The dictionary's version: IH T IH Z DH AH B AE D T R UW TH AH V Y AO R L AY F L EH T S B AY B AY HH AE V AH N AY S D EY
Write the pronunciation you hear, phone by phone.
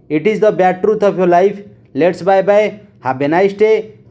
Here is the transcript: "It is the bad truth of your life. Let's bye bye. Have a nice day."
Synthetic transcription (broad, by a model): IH T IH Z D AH B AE T R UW T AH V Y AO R L AY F L EH T S B AY B AY HH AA B AH N AY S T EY